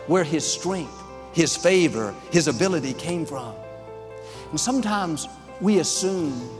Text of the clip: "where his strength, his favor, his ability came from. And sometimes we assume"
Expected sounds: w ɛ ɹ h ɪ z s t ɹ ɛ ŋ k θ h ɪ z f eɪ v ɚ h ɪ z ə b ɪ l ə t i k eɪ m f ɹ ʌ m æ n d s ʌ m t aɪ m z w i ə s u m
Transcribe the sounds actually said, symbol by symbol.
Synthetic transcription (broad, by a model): w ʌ ɹ ɪ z s t ɹ ɛ ŋ k θ h ɪ z f eɪ v ɚ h ɪ z ə b ɪ l ə t i k eɪ m f ɹ ʌ m n s ʌ m t aɪ m z w i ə s u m